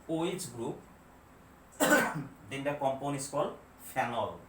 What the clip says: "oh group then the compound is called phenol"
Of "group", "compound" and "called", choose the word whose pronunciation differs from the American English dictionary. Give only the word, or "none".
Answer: compound